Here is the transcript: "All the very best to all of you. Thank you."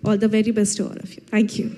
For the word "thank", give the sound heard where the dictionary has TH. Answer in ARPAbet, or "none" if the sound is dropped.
T